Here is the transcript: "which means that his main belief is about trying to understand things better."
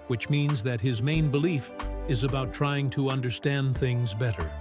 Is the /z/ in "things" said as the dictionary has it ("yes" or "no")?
yes